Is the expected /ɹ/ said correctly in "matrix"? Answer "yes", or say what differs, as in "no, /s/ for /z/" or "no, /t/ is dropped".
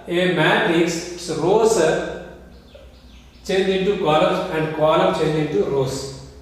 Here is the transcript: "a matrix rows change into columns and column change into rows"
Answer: no, /ɹ/ is dropped